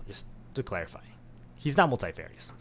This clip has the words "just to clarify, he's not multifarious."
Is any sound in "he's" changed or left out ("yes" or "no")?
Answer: no